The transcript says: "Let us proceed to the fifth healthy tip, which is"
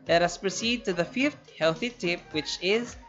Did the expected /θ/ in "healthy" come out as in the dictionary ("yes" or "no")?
yes